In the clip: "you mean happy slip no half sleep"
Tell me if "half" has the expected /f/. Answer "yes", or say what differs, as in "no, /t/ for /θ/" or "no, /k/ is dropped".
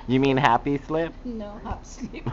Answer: no, /p/ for /f/